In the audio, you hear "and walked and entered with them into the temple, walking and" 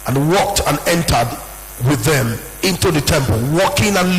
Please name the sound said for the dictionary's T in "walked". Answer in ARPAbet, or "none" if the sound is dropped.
T